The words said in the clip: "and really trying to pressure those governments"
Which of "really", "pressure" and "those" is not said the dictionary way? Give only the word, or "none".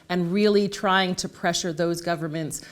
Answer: none